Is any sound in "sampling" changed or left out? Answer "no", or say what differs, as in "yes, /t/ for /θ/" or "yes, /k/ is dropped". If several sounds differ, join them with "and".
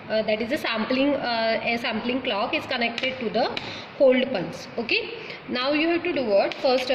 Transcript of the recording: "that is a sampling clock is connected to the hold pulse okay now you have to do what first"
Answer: no